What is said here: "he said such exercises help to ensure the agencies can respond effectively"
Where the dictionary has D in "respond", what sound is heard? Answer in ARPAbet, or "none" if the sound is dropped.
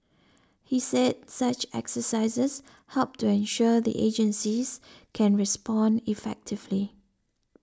D